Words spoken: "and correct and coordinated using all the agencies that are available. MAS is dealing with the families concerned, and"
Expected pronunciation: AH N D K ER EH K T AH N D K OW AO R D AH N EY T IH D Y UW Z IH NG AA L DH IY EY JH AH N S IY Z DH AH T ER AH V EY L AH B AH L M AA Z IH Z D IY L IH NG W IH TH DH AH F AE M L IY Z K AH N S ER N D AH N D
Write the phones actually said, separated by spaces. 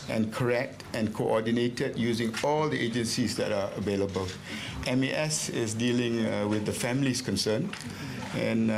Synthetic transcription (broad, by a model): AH N K ER EH K T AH N K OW AO D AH N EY T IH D Y UW Z IH NG AA L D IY EY JH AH N S IY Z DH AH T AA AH V EY L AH B AH L M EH S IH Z D IY L IH NG W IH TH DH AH F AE M L IY S K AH N S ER N AH N